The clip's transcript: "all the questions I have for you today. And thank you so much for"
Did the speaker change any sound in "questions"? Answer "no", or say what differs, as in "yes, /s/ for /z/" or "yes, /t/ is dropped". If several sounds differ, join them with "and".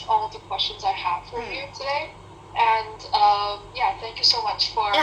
no